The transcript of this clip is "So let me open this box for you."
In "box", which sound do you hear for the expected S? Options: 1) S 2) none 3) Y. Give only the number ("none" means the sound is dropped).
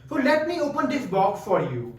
2